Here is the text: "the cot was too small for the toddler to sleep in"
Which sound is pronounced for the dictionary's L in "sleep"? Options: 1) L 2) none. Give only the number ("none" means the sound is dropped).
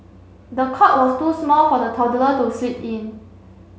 2